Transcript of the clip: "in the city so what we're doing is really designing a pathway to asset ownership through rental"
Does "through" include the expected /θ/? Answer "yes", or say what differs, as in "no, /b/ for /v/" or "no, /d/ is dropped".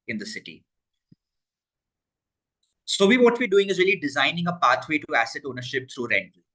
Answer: no, /t/ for /θ/